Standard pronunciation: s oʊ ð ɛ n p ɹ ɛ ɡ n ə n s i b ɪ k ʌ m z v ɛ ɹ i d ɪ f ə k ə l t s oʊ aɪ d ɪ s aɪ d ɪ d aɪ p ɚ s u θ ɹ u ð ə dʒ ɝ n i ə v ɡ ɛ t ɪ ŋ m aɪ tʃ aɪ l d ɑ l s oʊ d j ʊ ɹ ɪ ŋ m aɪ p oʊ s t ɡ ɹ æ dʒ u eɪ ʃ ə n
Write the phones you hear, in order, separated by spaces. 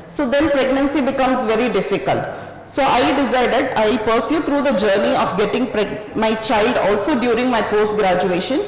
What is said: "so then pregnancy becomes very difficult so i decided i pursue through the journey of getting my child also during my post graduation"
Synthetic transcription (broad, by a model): s oʊ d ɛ n p ɹ ɛ ɡ n ə n s i b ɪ k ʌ m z v ɛ ɹ i d ɪ f ə k ə l t s oʊ aɪ d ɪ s aɪ d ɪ d aɪ p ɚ s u t ɹ u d ə dʒ ɝ n i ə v ɡ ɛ t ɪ ŋ m aɪ tʃ aɪ l d ɑ l s oʊ d j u ɹ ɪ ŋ m aɪ p oʊ s t ɡ ɹ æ dʒ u eɪ ʃ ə n